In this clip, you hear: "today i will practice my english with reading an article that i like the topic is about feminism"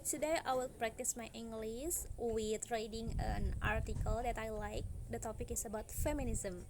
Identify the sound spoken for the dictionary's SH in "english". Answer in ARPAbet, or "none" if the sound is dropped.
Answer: S